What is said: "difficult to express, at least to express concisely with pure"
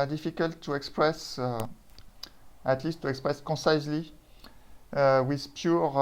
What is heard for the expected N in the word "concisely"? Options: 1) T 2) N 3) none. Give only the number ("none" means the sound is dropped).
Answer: 3